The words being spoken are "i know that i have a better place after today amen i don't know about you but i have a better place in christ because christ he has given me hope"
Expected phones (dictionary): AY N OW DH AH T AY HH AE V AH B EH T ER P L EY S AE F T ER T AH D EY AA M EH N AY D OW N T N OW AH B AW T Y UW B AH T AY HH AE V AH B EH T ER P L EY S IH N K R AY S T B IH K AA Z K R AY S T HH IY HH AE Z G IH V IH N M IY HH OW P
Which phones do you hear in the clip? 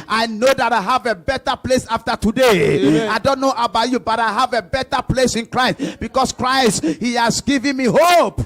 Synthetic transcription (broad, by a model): AY N OW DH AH T AY HH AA V AH B EH T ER P L EY S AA F T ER T AH D EY AA IH D OW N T N OW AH B AW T Y UW B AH T AY HH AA V AH B EH T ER P L EY S IH N K R AY S T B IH K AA S K R AY S T HH IY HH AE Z G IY V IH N M IY HH OW P